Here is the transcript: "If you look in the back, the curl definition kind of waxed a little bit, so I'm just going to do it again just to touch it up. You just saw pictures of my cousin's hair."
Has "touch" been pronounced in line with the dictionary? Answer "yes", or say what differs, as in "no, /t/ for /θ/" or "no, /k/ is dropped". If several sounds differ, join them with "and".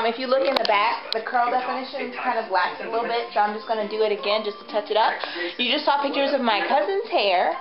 yes